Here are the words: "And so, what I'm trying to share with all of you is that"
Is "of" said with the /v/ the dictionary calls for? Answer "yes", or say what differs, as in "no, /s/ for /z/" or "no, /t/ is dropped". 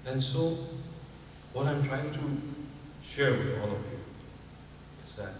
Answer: yes